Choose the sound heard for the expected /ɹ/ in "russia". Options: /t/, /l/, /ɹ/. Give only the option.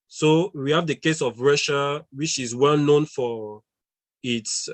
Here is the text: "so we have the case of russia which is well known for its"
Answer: /ɹ/